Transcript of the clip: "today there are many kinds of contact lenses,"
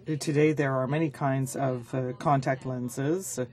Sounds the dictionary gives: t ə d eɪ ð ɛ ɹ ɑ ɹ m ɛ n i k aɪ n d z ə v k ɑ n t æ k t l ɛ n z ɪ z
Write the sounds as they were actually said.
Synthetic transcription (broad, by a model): t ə d eɪ ð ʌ ɹ ɑ ɹ m ɛ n i k aɪ n d z ə v k ɑ n t æ k t l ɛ n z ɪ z